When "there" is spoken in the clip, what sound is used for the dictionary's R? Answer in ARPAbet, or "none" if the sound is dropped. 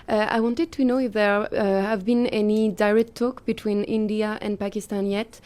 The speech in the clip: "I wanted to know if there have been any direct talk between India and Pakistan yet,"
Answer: R